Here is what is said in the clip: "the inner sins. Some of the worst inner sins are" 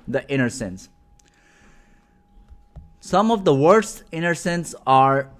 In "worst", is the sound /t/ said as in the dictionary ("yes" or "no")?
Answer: yes